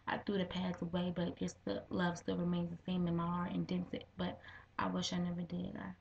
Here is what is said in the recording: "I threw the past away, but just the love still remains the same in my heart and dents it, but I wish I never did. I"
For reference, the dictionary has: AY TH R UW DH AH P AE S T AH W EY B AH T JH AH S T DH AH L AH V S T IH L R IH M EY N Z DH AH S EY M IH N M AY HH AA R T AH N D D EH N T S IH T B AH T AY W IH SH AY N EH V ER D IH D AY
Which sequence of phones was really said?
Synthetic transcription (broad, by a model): AY TH R UW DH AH P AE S AH W EY B AH T ZH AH S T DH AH L AH V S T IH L R IH M EY N Z DH AH S EY M IH N M AY HH AA R T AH N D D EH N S IH T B AH T AY W IH SH AY N EH V ER D IH D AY